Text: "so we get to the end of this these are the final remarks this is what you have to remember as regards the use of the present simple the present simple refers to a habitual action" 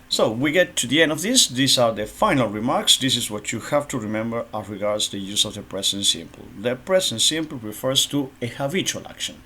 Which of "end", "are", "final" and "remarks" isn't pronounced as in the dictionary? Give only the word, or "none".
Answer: none